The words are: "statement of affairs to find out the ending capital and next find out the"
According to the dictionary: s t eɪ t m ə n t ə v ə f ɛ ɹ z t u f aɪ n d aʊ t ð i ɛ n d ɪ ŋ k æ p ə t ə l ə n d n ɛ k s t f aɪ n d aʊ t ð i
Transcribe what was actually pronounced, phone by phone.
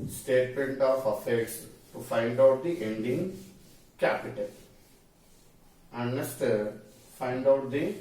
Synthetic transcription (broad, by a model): s t eɪ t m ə n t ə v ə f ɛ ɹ s t u f aɪ n d aʊ t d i ɛ n d ɪ ŋ k æ p ə t ə l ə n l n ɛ s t f aɪ n d aʊ t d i